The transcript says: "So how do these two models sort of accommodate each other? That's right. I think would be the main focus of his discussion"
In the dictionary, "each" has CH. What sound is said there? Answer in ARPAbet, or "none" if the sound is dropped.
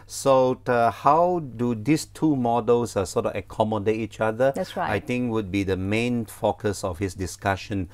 CH